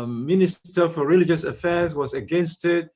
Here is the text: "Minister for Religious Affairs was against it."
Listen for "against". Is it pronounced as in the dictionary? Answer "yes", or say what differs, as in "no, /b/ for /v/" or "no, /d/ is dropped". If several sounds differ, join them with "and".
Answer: yes